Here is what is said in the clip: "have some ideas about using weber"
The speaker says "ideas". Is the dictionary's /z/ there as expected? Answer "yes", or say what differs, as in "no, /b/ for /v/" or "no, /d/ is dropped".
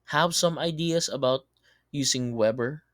no, /s/ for /z/